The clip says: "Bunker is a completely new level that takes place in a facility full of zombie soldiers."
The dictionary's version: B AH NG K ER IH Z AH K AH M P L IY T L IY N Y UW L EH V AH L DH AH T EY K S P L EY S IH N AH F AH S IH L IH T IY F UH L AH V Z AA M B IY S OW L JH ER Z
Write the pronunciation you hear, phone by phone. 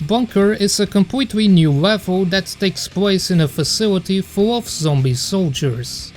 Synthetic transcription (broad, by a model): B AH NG K ER IH Z AH K AH M P L IY T L IY N Y UW L EH V AH L DH AH T EY K S P L EY S IH N AH F AH S IH L IH T IY F UH L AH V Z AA M B IY S OW L JH ER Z